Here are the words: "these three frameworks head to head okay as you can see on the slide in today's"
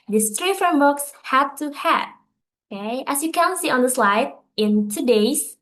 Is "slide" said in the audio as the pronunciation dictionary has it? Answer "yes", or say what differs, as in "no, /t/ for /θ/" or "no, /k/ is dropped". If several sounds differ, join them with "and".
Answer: yes